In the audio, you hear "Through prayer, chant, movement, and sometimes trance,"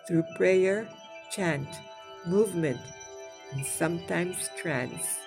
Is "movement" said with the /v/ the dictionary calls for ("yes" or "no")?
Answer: yes